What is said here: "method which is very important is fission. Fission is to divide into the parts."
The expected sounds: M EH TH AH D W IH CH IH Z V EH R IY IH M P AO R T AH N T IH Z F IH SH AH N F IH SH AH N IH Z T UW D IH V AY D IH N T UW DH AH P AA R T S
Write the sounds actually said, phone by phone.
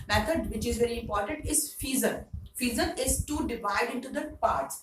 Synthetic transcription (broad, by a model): M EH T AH D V IH CH IH Z V EH R IY IH M P AO R T AH N T IH Z F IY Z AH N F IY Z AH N IH Z T UW D IH V AY D IH N T UW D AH P AA R T S